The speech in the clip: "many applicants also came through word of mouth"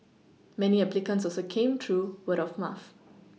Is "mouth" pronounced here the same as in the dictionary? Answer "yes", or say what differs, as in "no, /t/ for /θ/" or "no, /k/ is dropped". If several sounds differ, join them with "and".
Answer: no, /f/ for /θ/